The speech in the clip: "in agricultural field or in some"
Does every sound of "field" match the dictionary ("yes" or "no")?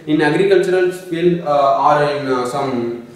no